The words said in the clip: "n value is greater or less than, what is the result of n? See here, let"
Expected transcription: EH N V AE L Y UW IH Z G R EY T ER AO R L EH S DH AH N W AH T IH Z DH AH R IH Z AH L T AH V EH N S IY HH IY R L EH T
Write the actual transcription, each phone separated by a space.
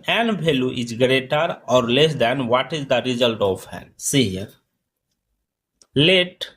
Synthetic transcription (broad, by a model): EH N B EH L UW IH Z G R EY T ER AO R L EH S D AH N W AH T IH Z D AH R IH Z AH L T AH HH EH N S IY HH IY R L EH T